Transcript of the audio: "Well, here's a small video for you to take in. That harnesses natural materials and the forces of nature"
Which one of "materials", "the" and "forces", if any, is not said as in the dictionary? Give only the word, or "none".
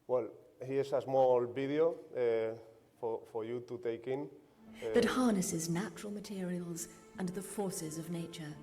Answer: none